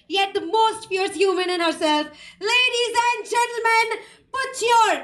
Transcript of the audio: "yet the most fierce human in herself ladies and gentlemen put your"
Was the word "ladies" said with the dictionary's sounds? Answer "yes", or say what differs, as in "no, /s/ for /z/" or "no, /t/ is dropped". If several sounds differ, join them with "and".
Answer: yes